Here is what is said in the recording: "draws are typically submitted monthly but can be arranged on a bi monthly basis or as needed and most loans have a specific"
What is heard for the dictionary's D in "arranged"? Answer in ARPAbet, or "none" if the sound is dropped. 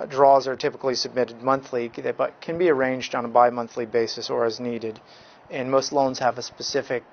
D